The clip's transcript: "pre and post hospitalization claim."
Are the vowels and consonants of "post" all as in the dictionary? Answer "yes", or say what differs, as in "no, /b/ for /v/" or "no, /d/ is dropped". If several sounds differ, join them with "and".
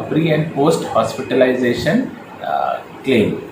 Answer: yes